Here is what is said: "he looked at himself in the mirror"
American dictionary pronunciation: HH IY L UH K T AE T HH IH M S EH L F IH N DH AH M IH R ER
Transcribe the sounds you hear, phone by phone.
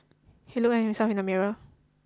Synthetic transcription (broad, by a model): HH IY L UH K AE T HH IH M S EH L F IH N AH M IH R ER